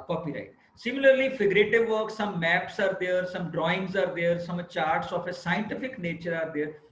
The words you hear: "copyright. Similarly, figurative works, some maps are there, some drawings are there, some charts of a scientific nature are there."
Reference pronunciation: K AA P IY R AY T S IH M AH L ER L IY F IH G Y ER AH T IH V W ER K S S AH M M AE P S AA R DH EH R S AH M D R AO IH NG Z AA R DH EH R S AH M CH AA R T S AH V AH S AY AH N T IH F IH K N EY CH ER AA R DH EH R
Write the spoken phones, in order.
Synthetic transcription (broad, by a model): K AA P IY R AY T S IH M AH L ER L IY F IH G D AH T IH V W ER K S S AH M M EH P S AA R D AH R S AH M D R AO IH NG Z AA R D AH R S AH M CH AA R T S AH F AH S AY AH N T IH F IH K N EY CH ER AA R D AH R